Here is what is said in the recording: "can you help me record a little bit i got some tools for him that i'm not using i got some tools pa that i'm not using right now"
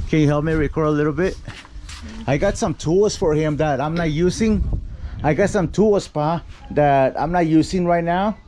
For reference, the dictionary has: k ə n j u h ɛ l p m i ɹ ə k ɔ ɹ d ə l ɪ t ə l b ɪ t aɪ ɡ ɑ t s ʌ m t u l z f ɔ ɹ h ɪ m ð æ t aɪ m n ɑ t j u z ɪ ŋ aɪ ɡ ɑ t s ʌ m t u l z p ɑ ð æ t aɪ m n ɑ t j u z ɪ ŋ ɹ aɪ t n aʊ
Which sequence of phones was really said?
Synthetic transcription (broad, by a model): k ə n j u h ɛ l p m i ɹ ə k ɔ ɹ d ə l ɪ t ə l b ɪ t aɪ ɡ ɑ t s ʌ m t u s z f ɔ ɹ h ɪ m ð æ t aɪ m n ɑ t j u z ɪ ŋ aɪ ɡ ɑ t s ʌ m t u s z p ɑ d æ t aɪ m n ɑ t j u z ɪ ŋ ɹ aɪ t n aʊ